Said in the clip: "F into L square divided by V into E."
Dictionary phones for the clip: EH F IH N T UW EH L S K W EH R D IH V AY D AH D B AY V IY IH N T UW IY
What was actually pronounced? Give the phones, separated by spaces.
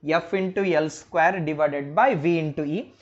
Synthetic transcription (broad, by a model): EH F IH N T UW EH L S K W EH R D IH V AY D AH D B AY V IY IH N T UW IY